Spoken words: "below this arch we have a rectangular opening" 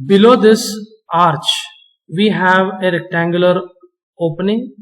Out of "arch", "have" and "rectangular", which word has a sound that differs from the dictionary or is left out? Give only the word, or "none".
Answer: none